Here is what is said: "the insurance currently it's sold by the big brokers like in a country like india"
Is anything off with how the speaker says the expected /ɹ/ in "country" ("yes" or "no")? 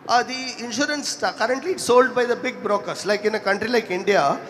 no